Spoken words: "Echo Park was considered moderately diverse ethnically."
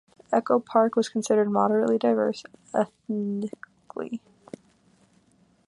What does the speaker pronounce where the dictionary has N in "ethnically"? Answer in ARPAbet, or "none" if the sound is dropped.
none